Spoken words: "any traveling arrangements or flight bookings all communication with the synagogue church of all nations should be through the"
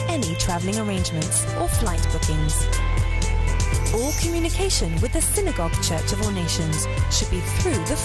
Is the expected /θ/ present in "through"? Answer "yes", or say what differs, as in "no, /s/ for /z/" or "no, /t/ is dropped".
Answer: yes